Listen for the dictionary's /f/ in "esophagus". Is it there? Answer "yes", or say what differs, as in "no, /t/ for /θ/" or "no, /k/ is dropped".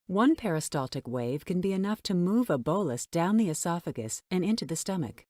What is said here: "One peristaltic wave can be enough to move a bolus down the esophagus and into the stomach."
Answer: yes